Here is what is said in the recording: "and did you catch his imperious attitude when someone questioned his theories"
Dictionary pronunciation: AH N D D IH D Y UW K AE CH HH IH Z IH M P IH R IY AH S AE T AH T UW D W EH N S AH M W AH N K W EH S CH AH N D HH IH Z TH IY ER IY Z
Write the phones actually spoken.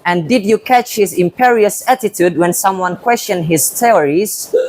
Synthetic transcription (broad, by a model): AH N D D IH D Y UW K AE CH HH IH Z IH M P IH R IY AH S AE T AH T UW D W EH N S AH M W AH N K W EH S CH AH N D HH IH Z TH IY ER IY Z